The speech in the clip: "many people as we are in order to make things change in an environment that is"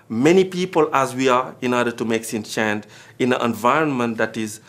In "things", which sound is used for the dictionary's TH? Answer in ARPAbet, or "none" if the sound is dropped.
S